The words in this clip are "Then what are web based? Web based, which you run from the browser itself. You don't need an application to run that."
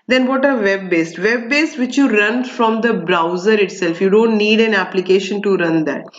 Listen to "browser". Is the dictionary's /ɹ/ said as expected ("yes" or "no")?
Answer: yes